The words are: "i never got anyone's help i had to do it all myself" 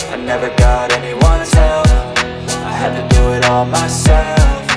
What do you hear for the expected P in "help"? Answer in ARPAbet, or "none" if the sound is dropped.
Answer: F